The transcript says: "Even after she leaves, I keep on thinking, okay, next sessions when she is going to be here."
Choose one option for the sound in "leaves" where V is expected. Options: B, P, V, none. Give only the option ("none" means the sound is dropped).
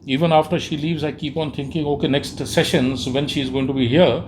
V